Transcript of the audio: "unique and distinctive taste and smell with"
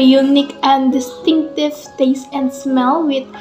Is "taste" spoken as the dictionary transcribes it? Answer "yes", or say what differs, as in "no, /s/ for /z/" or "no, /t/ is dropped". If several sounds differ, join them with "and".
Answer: yes